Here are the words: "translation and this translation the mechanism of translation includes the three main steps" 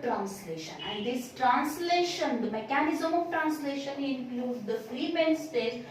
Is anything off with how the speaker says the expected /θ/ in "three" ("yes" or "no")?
yes